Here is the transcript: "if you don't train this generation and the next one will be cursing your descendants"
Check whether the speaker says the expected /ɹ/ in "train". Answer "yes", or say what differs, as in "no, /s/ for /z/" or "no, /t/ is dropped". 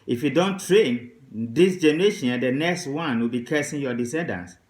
yes